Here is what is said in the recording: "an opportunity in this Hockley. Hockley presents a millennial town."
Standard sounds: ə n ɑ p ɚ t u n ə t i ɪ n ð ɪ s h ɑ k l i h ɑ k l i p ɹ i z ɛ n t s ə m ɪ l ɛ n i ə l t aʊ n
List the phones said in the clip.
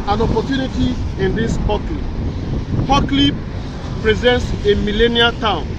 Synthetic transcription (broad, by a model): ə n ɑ p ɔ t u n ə t i ɪ n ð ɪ s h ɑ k l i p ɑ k l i p ɹ i z ɛ n t s ə m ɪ l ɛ n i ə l t aʊ n